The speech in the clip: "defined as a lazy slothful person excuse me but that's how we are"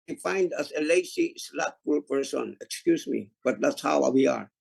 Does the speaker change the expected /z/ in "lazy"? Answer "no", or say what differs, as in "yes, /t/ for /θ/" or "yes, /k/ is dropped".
yes, /s/ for /z/